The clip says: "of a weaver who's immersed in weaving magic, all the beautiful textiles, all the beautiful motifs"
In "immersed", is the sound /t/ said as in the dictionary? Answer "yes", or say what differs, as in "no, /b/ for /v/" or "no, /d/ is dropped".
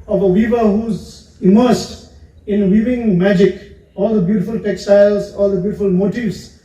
yes